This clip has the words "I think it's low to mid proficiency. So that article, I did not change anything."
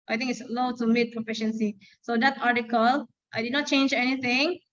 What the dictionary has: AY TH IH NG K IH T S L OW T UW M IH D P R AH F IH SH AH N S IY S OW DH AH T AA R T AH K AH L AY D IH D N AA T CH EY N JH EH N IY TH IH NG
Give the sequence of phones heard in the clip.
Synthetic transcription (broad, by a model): AY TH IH NG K IH T S L OW T UW M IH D P R AH F IH SH AH N S IY S OW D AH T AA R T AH K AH L AY D IH D N AA T CH EY N JH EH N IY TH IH NG